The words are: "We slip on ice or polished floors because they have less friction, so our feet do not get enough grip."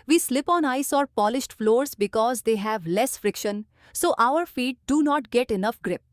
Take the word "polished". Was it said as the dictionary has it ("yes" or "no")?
yes